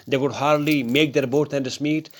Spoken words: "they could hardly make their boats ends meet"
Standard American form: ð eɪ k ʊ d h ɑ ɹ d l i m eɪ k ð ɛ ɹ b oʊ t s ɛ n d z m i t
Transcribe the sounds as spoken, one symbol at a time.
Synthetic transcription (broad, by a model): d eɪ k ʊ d h ɑ ɹ d l i m eɪ k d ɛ ɹ b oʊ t ɛ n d s m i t